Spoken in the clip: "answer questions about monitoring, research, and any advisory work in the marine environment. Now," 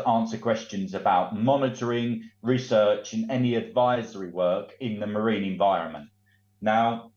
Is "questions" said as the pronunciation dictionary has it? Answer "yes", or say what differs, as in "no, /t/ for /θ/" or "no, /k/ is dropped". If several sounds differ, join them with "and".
yes